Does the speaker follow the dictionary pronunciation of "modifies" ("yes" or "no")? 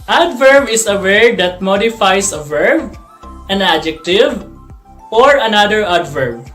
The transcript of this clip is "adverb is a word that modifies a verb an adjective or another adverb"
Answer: no